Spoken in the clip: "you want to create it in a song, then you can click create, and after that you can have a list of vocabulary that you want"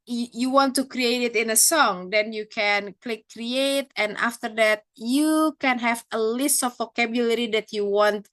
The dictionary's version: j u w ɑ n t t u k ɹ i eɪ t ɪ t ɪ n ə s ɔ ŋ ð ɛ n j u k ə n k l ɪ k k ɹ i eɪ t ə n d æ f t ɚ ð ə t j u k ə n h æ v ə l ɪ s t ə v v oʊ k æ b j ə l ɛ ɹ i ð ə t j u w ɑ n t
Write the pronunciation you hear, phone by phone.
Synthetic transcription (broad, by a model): j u w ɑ n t t u k ɹ i eɪ t ɪ t ɪ n ə s ɔ ŋ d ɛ n j u k ə n k l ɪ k k ɹ i eɪ t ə n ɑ f t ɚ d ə t j u k ə n h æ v ə l ɪ s t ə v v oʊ k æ b j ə l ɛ ɹ i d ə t j u w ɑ n t